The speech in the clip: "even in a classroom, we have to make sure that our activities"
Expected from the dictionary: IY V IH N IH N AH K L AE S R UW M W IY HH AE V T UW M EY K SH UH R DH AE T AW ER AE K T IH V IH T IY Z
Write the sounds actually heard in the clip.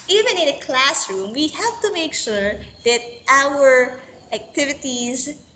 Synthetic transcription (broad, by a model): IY V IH N IH N AH K L AE S R UW M W IY HH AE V T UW M EY K SH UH R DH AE T AW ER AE K T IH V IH T IY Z